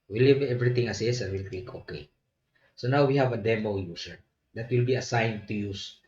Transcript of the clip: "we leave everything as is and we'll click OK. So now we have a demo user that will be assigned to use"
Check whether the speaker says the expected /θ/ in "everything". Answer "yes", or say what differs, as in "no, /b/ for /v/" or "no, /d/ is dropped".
no, /t/ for /θ/